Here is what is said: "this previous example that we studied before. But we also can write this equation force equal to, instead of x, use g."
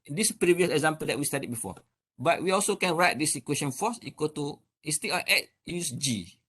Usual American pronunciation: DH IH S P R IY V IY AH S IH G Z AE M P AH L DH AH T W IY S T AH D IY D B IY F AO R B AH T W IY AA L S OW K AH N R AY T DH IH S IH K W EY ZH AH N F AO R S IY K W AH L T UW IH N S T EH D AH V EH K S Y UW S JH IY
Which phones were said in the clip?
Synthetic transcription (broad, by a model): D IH S P R IY V IY AH S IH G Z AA M P AH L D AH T W IY S T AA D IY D B IY F AO B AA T W IY AA L S OW K AH N R AY T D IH S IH K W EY SH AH N F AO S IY K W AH T UW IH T S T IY AH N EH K Y UW S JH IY